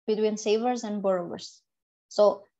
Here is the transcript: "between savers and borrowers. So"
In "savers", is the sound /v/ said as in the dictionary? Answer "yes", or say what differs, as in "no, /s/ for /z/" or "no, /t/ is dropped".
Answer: yes